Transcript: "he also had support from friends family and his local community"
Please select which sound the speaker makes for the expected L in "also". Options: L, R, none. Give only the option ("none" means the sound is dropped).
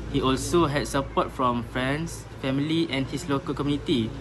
L